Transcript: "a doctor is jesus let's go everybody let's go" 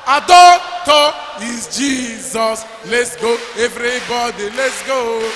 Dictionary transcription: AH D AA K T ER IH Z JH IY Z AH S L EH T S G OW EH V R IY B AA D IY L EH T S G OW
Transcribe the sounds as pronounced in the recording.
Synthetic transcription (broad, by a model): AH D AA T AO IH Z JH IY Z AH S L EH T S G OW EH V R IY B AA D IY L EH T S G OW